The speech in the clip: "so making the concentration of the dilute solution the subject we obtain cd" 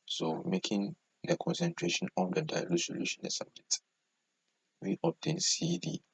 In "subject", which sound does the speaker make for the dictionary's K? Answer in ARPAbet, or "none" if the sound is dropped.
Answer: none